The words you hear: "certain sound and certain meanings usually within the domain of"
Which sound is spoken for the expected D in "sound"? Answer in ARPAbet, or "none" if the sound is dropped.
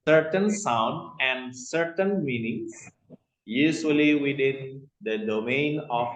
D